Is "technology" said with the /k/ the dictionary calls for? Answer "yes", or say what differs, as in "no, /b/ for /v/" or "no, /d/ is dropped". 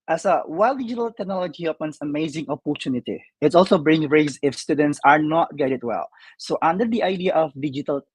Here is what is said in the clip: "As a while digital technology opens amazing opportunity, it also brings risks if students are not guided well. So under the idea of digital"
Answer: yes